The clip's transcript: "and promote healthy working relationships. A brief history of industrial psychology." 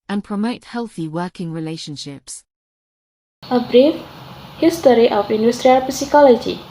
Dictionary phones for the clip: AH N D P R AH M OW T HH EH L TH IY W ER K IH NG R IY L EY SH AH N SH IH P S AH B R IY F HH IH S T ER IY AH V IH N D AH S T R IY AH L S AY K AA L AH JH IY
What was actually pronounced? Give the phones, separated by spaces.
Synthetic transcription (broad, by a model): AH N P R AH M OW T HH EH L TH IY W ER K IH NG R IY L EY SH AH N SH IH P S AH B R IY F HH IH S T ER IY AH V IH N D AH S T R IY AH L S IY K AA L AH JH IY